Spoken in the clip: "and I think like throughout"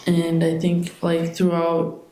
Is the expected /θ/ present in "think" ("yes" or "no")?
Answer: yes